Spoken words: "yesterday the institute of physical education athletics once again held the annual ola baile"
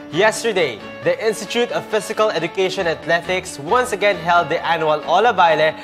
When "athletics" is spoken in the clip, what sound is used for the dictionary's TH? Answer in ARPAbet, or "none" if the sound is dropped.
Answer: T